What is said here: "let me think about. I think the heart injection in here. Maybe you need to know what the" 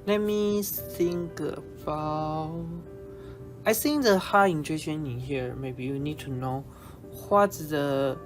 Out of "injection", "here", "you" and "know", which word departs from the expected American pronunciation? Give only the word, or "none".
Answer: injection